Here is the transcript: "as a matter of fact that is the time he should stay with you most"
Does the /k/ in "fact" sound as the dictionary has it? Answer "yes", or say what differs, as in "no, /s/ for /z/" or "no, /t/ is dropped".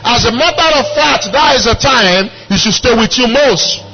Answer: no, /k/ is dropped